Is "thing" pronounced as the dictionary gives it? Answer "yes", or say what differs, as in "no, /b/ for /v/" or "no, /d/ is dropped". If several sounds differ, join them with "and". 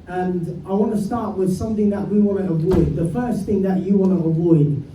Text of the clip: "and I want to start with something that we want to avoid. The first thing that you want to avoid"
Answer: yes